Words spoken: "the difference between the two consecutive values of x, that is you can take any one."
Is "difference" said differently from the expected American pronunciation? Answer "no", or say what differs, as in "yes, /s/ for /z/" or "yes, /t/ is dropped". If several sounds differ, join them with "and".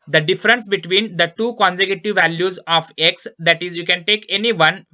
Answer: no